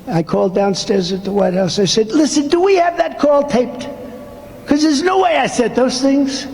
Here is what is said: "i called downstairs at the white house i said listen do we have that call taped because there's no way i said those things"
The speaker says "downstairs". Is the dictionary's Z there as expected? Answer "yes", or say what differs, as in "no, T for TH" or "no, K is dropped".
yes